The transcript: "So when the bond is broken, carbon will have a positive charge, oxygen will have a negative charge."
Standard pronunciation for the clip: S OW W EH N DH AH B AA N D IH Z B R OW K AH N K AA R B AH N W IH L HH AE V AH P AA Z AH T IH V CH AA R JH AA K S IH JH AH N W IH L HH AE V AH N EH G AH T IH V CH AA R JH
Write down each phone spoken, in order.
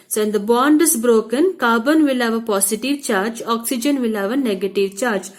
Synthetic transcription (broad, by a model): S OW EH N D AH B AA N D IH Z B R OW K AH N K AA B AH N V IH L HH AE V AH P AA S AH T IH V CH AA R JH AA K S IH JH AH N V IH L HH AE V AH N EH G AH T IH V CH AA R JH